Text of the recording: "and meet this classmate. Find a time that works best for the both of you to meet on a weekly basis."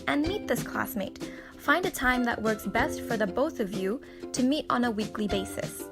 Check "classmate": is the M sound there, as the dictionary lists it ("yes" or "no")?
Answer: yes